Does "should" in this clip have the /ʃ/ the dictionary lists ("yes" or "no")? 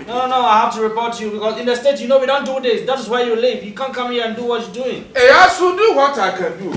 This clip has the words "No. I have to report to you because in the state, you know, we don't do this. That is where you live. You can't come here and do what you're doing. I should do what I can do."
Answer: no